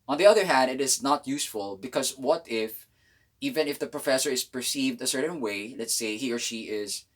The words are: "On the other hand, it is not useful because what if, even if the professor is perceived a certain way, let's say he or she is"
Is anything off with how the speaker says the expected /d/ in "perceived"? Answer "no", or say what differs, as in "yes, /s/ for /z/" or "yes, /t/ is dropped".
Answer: no